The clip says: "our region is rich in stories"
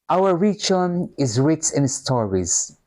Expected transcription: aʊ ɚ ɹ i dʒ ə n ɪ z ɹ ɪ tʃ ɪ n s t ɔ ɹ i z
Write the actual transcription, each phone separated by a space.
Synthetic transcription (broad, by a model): aʊ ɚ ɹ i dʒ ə n ɪ z ɹ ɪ s ɪ n s t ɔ ɹ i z